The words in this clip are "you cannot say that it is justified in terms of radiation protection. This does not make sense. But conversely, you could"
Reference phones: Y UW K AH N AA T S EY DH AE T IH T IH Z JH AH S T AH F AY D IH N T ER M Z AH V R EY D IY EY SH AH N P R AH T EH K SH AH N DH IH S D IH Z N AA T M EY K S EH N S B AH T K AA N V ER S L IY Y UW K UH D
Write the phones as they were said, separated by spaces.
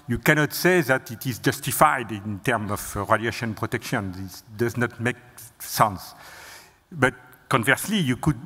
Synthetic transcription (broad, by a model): Y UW K AH N AA T S EY DH AE T IH T IH Z JH AH S T AH F AY D IH N T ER M AH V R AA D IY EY SH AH N P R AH T EH K SH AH N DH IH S D IH Z N AA T M EY K S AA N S B AH T K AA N V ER S L IY Y UW K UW D